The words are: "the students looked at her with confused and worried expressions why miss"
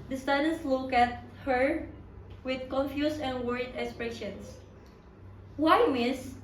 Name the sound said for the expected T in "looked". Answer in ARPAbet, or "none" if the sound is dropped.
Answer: none